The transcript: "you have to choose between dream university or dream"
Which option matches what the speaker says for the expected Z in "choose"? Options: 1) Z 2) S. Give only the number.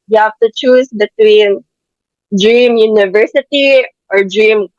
2